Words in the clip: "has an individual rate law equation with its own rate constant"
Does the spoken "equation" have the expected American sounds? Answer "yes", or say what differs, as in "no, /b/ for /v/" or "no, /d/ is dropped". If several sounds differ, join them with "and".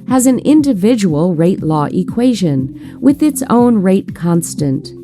yes